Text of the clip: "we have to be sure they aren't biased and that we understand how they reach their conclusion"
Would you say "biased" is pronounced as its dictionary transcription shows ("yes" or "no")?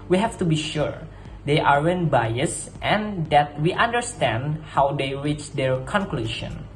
yes